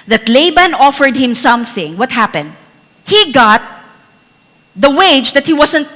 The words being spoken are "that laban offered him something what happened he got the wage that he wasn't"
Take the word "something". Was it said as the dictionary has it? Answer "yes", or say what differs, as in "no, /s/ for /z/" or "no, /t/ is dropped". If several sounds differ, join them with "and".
yes